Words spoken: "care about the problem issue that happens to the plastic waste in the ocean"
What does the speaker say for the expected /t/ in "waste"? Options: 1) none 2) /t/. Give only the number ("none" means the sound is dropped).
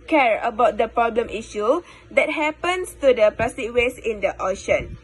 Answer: 1